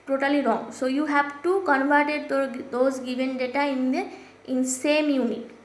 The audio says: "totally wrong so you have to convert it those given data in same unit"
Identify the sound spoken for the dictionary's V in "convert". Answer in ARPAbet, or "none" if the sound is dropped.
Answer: V